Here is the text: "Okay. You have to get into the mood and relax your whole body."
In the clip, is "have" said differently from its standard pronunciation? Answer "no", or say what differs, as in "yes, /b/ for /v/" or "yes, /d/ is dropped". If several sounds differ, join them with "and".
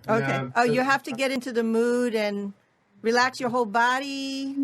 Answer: yes, /f/ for /v/